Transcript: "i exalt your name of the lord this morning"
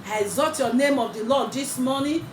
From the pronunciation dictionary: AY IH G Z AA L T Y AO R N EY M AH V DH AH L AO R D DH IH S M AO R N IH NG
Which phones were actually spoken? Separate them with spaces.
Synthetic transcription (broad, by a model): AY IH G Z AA T Y AO N EY M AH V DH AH L AO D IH S M AO N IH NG